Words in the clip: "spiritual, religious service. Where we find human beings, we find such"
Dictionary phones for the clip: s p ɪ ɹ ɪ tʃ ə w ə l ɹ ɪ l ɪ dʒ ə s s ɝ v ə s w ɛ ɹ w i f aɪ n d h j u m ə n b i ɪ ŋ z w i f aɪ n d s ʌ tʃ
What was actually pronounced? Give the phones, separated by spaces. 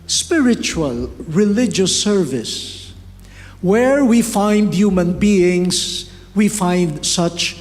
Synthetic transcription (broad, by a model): s p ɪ ɹ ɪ tʃ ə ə l ɹ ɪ l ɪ dʒ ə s s ɝ v ə s w ɛ ɹ w i f aɪ n d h j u m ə n b i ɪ ŋ s w i f aɪ n d s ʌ tʃ